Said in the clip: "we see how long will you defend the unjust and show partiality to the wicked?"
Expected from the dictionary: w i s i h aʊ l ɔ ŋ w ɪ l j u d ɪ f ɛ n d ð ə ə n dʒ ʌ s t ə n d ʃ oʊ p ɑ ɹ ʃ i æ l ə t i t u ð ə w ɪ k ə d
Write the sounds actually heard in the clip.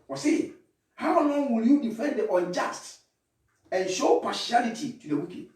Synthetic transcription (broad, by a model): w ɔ s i h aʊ n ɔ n w ɪ l j u d ɪ f ɛ n d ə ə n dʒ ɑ s t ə n ʃ oʊ p ɑ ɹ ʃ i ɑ l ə t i t u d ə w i k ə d